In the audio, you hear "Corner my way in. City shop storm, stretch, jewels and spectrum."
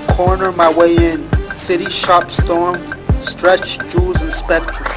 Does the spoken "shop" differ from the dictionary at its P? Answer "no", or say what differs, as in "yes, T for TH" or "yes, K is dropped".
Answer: no